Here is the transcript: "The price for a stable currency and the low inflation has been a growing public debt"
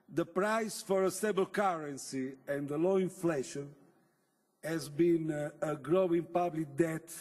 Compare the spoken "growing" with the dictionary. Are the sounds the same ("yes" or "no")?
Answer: yes